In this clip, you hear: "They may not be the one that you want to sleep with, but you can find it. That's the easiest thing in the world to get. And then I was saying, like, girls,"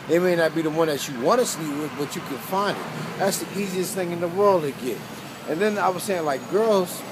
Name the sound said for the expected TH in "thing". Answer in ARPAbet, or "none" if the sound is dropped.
TH